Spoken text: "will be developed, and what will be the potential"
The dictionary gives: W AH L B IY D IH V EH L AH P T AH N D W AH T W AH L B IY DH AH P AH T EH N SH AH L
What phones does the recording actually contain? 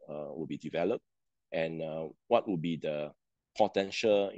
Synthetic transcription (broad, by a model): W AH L B IY D IH V EH L AH P T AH N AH W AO T W AH L B IY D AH P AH T EH N SH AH L